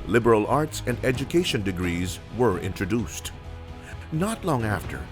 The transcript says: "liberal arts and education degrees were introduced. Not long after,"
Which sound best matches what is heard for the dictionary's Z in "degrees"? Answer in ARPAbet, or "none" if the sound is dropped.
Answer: Z